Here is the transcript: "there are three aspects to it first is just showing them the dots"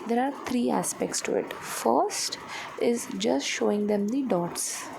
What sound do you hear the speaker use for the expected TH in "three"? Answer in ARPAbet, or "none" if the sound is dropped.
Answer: T